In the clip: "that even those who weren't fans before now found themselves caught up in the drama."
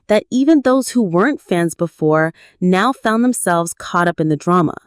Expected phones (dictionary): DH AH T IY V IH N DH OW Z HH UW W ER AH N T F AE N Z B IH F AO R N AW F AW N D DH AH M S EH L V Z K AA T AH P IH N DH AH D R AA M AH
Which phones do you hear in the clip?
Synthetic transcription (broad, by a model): DH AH T IY V IH N DH OW Z HH UW W ER AH N T F AE N Z B IH F AO R N AW F AW N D DH AH M S EH L V Z K AA T AH P IH N DH AH D R AA M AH